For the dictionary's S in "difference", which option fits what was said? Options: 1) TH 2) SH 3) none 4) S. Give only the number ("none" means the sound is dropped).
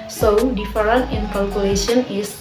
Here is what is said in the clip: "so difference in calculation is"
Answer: 3